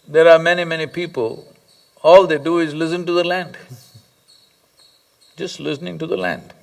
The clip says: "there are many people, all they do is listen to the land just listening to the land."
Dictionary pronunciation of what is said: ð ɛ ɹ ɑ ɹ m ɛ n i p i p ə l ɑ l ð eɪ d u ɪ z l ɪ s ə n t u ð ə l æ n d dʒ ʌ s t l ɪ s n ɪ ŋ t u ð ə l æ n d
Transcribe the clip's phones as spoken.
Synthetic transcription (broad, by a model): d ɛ ɹ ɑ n m ɛ n i p i p ə l ɑ l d eɪ d u ɪ z l ɪ s ə n t u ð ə l æ n d dʒ ʌ s t l ɪ s n ɪ ŋ t u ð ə l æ n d